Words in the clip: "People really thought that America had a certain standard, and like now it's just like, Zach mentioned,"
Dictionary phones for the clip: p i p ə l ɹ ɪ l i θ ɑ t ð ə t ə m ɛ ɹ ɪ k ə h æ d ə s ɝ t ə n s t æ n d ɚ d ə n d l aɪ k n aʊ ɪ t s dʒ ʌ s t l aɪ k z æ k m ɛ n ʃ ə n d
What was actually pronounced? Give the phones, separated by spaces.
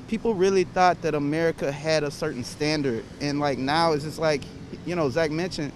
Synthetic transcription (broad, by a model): p i p l ɹ ɪ l i θ ɑ t ð ə t ə m ɛ ɹ ɪ k ə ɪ d ə s ɝ t n s t æ n d ɚ d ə n l aɪ k n aʊ ɪ t s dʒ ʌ s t l aɪ k z æ k m ɛ n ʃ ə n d